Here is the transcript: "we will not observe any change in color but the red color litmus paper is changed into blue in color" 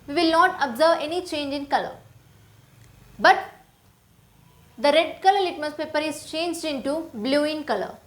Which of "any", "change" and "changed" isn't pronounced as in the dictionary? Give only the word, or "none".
none